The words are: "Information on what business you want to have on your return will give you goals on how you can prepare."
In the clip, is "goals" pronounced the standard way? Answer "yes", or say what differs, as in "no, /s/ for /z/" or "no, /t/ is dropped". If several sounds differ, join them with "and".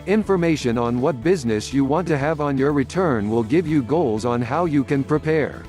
yes